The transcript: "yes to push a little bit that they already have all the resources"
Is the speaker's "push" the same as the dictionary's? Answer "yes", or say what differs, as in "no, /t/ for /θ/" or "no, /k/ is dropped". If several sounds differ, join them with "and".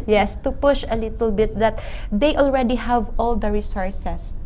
yes